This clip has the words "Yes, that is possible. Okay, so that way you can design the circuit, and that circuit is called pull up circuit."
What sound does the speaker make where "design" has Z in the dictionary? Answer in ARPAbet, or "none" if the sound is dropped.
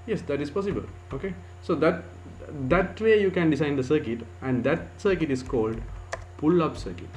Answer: S